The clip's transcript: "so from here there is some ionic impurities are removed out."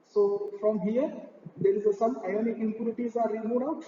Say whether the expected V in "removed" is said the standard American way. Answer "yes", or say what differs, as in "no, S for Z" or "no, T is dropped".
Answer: no, V is dropped